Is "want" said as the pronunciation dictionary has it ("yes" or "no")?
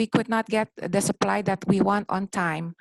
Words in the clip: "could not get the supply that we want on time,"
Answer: yes